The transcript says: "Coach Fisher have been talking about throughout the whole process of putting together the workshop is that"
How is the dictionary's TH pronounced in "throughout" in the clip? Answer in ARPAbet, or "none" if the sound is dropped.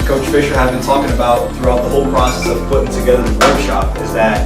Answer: TH